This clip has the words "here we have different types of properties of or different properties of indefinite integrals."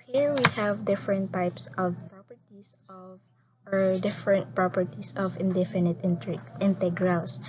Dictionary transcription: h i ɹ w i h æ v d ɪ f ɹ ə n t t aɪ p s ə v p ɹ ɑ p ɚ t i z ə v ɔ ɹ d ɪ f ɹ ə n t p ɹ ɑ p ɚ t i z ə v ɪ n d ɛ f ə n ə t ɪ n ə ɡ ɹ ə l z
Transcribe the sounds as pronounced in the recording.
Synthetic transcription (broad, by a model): h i ɹ w i h æ v d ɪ f ɹ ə n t t aɪ p s ə v p ɹ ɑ p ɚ t i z ə v ɔ ɹ d ɪ f ɹ ə n t p ɹ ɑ p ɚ t i s ə v ɪ n d ɛ f ə n ə t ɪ n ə ɡ ɹ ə l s